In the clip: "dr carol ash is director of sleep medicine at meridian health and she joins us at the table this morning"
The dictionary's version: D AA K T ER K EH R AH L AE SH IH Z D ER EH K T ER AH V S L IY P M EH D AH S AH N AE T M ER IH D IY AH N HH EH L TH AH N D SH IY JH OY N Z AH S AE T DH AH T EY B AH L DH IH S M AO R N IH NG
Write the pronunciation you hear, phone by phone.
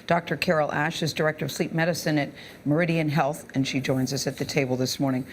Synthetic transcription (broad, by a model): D AA K T ER K EH R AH L AE SH IH Z D ER EH K T ER AH V S L IY P M EH D AH S AH N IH T M ER IH D IY AH N HH EH L TH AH N SH IY JH OY N Z AH S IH T DH AH T EY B L DH IH S M AO R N IH NG